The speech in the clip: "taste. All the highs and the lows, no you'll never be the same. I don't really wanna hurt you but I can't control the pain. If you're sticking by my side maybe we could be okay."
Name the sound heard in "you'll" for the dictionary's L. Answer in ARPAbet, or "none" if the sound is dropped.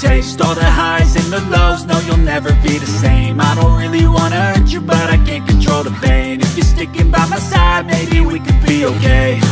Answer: L